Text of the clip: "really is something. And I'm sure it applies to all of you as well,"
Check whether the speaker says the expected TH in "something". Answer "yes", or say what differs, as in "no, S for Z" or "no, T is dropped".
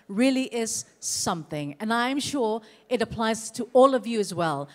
yes